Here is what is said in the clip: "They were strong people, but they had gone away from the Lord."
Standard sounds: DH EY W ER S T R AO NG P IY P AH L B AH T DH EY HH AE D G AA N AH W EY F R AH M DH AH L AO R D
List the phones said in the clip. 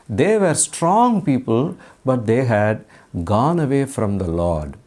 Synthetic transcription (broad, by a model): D EY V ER S T R AO NG P IY P AH L B AH T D EY HH AE D G AA N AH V EY F R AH M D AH L AO R D